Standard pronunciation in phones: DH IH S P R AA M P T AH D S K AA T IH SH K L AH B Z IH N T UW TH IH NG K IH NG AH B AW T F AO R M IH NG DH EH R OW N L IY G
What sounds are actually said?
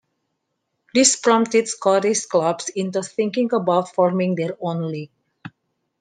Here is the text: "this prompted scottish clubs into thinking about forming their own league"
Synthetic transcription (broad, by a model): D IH S P R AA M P T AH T S K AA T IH S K L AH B S IH N T UW TH IH NG K IH NG AH B AW T F AO R M IH NG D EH R OW N L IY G